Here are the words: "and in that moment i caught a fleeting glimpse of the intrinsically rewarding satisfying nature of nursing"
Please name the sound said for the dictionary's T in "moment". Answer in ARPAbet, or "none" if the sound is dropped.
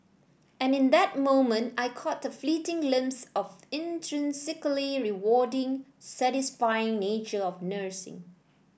T